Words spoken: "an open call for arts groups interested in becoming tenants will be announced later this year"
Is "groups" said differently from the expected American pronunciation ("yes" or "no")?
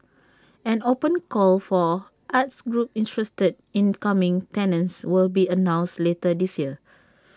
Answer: yes